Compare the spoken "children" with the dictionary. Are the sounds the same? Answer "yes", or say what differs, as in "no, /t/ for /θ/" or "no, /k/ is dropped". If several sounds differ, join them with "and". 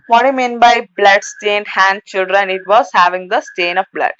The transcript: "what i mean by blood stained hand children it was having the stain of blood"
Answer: yes